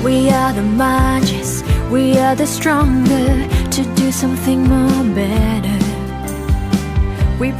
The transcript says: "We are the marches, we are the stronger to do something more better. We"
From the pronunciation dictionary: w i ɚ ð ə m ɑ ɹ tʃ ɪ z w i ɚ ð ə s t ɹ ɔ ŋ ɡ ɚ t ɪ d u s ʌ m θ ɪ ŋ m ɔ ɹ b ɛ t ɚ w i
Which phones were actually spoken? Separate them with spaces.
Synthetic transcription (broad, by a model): w i ɚ ð ə m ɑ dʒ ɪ s w i ɚ ð ə s t ɹ ɔ ŋ ɡ ɚ t ɪ d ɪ s ʌ m θ ɪ ŋ m ɔ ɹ b ɛ t ɚ w i